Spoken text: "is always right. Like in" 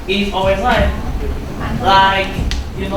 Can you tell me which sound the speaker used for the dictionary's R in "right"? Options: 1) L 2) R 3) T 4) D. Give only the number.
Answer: 1